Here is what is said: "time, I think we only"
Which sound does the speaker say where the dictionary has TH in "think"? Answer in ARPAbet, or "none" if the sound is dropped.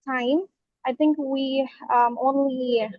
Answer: TH